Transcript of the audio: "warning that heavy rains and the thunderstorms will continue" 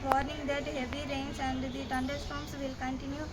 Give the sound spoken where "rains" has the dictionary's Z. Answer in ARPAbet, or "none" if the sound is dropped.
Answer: S